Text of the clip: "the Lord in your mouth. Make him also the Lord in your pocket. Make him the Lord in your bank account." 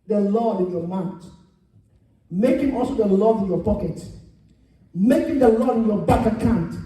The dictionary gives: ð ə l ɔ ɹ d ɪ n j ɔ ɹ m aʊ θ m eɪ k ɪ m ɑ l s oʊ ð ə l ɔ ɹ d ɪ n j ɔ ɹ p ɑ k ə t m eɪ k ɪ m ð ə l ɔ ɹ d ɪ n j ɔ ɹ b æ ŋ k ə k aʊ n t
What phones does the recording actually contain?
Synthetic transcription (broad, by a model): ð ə l ɔ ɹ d ɪ n j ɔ m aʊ t m eɪ k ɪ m ɑ l s oʊ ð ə l ɔ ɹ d ɪ n j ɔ p ɑ k ə t m eɪ k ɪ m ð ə l ɔ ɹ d ɪ n j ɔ b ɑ k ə k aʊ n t